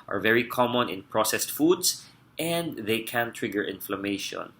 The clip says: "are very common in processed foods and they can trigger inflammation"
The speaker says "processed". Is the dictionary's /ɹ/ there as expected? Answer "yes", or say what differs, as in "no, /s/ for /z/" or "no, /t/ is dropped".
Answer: yes